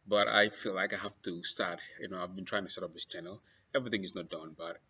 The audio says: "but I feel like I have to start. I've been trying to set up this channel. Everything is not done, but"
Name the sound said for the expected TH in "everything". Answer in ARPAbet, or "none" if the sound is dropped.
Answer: TH